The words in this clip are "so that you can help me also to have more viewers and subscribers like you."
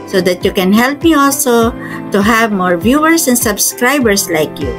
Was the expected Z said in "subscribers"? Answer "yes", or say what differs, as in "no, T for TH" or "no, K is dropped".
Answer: no, S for Z